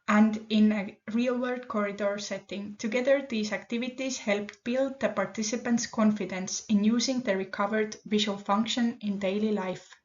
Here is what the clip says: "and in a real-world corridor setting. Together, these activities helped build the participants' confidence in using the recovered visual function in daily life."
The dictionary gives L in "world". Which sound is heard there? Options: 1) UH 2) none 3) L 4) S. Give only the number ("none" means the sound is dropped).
2